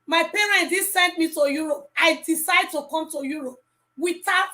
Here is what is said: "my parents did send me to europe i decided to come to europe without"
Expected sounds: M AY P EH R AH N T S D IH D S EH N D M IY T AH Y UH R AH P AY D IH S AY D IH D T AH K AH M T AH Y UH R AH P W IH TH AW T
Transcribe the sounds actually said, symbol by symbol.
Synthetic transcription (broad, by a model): M AY P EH R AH N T D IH S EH N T M IY T AH Y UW R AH P AY D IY S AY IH D T AH K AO M T AH Y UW R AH P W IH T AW